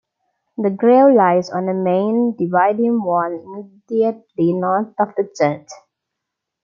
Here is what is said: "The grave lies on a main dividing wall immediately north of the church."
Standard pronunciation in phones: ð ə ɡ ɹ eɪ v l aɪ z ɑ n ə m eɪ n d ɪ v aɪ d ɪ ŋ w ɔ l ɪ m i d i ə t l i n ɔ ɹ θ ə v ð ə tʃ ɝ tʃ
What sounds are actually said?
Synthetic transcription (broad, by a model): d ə ɡ ɹ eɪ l l aɪ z ɑ n ə m eɪ n d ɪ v aɪ d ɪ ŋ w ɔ n ɪ m i d i ə t l i n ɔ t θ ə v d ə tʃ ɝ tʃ